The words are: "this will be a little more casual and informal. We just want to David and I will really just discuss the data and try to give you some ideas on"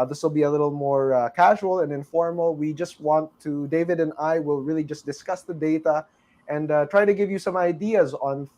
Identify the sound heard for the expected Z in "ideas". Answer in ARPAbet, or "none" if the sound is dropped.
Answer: Z